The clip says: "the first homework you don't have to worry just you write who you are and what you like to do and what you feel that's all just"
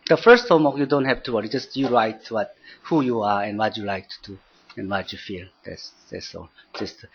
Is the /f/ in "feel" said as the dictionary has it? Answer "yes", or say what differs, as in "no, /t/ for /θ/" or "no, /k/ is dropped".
yes